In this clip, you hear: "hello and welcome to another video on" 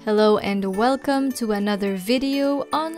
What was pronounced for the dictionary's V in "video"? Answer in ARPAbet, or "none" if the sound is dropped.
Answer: V